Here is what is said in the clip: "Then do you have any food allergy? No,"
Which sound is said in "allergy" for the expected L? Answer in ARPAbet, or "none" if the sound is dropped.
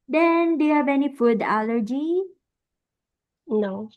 L